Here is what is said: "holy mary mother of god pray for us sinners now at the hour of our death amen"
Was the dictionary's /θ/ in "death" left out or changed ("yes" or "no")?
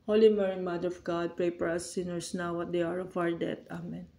yes